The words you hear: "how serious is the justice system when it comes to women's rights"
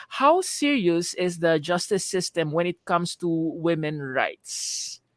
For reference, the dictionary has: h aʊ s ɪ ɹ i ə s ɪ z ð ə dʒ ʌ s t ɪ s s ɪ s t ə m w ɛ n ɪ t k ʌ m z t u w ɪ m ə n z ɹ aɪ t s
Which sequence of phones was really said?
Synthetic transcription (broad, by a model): h aʊ s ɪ ɹ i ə s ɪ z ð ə dʒ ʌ s t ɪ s s ɪ s t ə m w ɛ n ɪ t k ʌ m s t u w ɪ m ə n ɹ aɪ t s